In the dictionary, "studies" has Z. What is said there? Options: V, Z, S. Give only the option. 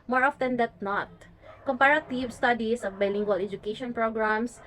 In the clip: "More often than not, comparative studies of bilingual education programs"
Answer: S